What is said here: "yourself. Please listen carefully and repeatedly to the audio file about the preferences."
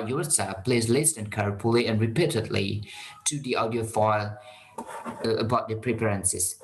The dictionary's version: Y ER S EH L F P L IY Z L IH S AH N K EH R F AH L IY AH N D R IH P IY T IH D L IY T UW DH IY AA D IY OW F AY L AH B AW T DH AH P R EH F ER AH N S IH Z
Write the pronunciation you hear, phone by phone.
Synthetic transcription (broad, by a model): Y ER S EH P L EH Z L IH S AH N K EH R P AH L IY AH N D R IH P IY T IH D L IY T UW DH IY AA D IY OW F AY L AH B AW T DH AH P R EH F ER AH N S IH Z